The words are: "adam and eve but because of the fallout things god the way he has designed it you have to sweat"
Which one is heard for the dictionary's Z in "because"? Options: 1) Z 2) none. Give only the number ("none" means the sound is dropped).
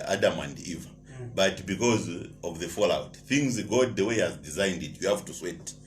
1